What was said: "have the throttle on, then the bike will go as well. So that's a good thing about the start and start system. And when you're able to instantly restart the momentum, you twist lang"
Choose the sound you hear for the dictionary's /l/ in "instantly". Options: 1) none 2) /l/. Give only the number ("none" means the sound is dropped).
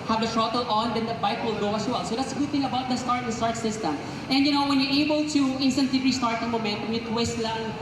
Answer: 1